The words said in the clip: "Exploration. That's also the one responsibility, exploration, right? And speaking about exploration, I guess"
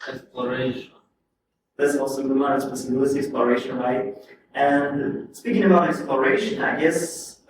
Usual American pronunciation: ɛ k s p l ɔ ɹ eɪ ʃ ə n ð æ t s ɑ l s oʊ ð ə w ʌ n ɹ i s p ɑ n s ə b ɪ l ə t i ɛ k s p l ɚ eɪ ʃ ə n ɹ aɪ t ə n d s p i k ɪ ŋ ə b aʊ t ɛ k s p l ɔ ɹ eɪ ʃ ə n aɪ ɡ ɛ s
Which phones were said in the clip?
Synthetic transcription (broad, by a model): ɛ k s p l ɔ ɹ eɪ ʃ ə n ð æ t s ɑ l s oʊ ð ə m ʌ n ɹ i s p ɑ s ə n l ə s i ɛ k s p l ɚ eɪ ʃ ə n ɹ aɪ t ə n s p i k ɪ ŋ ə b aʊ t ɛ k s p l ɔ ɹ eɪ ʃ ə n aɪ ɡ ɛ s